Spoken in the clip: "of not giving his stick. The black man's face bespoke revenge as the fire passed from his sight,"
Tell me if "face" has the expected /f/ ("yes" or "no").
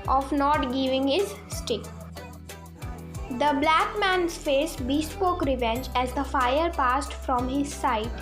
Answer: yes